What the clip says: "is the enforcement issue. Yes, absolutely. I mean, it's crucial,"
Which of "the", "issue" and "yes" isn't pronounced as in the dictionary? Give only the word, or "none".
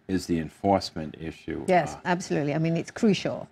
none